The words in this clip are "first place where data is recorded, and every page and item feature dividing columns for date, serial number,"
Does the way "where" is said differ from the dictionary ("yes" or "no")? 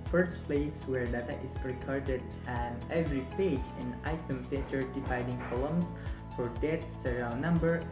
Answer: no